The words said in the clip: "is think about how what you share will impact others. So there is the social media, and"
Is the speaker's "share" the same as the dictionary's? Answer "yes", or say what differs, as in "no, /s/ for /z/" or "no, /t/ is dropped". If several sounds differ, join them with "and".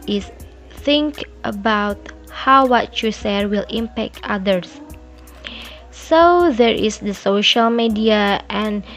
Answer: no, /s/ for /ʃ/